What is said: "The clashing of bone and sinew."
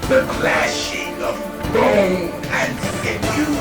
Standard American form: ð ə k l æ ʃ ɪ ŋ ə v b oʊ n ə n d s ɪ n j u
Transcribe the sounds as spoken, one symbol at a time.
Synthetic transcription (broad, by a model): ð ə k l æ ʃ ɪ ŋ ə v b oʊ ə n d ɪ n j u